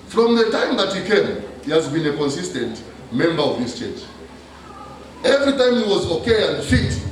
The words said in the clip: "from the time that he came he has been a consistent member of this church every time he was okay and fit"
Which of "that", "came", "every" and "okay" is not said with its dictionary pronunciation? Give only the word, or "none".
none